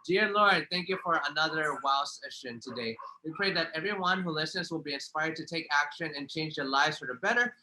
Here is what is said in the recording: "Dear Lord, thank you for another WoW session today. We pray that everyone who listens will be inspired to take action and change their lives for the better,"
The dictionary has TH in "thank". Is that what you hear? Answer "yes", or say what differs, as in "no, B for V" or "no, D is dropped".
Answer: yes